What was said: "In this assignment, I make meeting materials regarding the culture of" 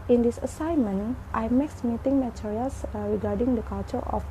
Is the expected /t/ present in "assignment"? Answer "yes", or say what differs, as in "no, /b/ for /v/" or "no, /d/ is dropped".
yes